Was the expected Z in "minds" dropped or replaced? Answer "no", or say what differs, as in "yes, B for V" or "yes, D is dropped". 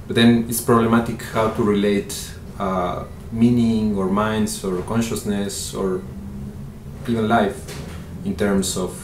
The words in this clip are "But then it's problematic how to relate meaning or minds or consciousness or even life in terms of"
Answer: yes, S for Z